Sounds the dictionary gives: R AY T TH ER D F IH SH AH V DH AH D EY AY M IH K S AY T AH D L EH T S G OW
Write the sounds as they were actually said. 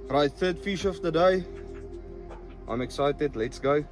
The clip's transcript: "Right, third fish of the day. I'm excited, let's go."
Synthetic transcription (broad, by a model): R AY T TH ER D F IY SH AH F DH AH D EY AY M IH K S AY T AH D L EH T S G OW